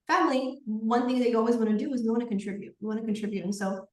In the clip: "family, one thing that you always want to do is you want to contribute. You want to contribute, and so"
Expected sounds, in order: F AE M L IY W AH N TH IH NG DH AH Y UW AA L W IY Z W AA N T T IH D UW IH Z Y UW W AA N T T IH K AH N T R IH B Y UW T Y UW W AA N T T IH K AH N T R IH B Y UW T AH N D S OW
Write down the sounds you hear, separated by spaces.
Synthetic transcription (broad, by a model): F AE M L IY W AH N TH IH NG DH AH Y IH AA L W IY Z W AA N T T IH D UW IH Z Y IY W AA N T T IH K AH N T R IH B Y UW T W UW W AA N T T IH K AH N T R IH B Y UW T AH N S OW